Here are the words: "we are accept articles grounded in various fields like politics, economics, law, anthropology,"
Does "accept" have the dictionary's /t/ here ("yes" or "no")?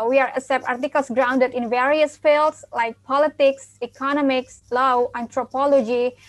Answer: no